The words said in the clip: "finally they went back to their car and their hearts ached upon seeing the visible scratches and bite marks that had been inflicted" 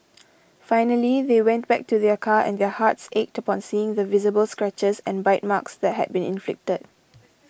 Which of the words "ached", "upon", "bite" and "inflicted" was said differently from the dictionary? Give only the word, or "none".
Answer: none